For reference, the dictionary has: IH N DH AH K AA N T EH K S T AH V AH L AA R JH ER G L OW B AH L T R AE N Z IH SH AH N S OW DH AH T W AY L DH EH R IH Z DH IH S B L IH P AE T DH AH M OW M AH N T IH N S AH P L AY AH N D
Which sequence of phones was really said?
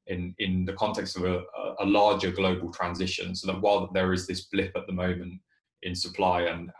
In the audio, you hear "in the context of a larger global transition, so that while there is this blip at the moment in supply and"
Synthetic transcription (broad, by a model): IH N DH AH K AA N T EH K S T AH V AH L AA JH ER G L OW B AH L T R AE N Z IH SH AH N S OW DH AH T W AY L DH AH R IH Z DH IH S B L IH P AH T DH AH M OW M AH N T IH N S AH P L AY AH N